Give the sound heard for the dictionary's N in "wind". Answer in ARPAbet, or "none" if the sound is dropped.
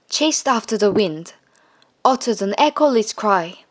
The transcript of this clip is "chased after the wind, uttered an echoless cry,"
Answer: N